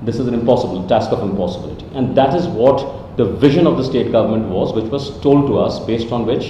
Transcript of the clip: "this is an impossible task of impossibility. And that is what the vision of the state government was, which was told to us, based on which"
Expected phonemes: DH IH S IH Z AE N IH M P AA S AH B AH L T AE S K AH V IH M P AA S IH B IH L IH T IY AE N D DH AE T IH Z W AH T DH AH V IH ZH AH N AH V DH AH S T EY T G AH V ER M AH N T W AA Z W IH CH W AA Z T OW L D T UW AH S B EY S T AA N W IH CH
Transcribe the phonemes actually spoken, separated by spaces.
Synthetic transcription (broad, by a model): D IH S IH Z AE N IH M P AA S AH B AH L T AE S K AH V IH M P AA S IH B IH L IH T IY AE N D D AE T IH Z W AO T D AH V IH ZH AH N AH V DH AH S T EY T G AH V ER M AH N T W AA Z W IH CH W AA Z T OW L D T UW AH S B EY S T AA N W IH CH